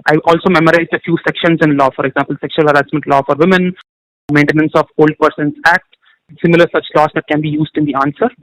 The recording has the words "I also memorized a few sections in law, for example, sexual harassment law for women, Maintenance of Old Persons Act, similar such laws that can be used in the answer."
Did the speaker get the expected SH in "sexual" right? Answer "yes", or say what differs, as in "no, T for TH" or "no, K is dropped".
yes